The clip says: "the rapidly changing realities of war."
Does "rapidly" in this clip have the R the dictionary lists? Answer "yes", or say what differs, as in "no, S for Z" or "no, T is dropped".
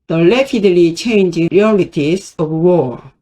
no, L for R